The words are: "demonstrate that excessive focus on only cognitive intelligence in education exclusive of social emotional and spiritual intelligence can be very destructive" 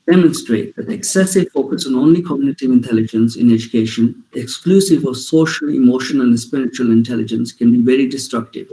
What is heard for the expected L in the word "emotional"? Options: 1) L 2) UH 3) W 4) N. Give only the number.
4